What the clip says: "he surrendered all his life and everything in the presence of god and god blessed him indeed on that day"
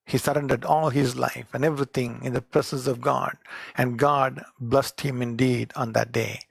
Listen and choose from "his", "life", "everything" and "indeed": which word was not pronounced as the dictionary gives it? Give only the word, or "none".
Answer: everything